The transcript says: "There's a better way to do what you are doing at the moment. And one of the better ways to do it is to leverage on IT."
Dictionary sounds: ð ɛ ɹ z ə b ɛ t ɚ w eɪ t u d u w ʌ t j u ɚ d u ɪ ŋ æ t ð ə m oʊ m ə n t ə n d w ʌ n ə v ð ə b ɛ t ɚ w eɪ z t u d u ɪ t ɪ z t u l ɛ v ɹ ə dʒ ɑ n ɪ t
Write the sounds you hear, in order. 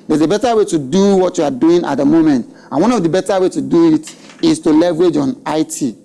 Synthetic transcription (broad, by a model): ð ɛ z ə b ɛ t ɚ w eɪ t u d u w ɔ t j u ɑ d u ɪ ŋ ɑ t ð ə m oʊ m ə n t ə n w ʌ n ə v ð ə b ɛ t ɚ w eɪ t u d u ɪ t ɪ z t u l ɛ v ɹ ə dʒ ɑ n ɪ t